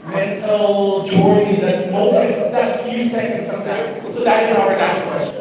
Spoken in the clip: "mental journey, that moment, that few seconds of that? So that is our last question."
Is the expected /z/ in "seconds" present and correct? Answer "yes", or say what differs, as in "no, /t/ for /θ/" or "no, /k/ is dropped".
no, /s/ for /z/